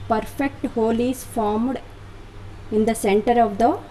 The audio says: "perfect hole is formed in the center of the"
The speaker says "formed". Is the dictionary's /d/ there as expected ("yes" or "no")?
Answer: yes